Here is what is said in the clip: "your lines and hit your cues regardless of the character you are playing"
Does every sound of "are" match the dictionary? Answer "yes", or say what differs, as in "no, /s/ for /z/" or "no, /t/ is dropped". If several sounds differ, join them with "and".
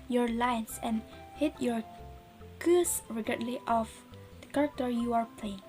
yes